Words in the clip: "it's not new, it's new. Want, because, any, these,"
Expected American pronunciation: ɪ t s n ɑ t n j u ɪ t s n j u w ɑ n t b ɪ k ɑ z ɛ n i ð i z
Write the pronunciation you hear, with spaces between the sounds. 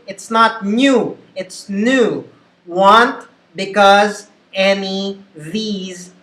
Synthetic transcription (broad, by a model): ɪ t s n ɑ t n j u ɪ t s n j u w ɑ n t b ɪ k ɑ z ɛ n i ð i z